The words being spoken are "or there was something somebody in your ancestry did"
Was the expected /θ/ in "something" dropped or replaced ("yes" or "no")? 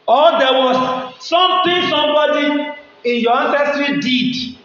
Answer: yes